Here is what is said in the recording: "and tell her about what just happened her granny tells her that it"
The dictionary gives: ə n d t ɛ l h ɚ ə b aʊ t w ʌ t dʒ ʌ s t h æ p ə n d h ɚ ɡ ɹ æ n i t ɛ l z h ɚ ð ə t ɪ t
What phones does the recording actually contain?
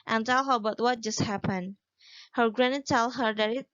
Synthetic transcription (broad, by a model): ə n t ɛ l h ɚ ə b aʊ t w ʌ t dʒ ʌ s t h æ p ə n d h ɚ ɡ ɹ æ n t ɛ l h ɚ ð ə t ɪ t